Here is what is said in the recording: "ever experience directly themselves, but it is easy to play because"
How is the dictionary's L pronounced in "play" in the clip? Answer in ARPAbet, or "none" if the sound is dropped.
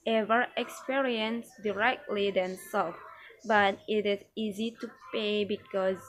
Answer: none